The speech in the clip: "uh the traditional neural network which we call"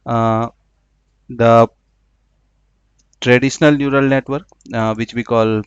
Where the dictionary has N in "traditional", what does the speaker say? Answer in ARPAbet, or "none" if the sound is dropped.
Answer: N